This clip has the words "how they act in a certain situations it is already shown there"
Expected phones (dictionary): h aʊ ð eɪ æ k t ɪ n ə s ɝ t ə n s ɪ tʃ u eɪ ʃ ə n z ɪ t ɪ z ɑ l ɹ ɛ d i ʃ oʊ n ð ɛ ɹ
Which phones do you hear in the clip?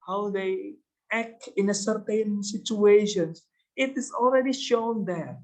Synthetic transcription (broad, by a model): h aʊ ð eɪ æ k t ɪ n ə s ɝ t ə n s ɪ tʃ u eɪ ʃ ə n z ɪ t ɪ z ɑ l ɹ ɛ d i ʃ oʊ n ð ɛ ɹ